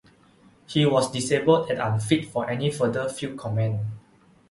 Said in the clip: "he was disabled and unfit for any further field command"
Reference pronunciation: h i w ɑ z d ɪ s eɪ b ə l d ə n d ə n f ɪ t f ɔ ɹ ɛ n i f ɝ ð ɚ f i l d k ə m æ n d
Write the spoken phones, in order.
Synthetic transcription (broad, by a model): h i w ɑ s d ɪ s eɪ b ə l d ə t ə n f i t f ɔ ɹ ɛ n i f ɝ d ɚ f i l k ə m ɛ n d